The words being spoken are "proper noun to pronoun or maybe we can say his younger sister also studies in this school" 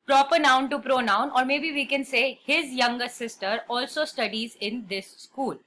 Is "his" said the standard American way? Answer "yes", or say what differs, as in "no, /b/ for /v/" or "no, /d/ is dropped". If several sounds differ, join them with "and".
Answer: yes